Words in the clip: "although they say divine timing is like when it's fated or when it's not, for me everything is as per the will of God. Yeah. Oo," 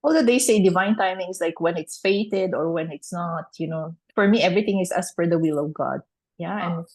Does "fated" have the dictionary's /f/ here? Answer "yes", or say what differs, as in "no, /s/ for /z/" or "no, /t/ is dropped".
yes